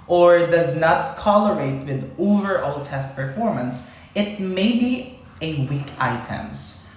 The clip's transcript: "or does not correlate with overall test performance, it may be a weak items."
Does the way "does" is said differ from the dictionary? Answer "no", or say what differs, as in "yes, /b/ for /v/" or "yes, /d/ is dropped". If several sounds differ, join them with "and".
no